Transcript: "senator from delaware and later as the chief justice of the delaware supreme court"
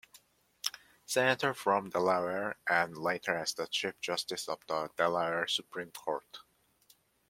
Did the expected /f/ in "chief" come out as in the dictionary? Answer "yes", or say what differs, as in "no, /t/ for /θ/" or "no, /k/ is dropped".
no, /p/ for /f/